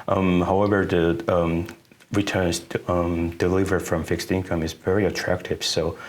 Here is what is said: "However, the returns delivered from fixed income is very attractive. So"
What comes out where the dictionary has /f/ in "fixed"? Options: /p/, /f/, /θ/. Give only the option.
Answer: /f/